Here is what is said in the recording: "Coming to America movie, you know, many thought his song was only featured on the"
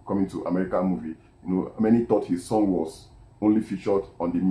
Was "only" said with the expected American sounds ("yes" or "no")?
yes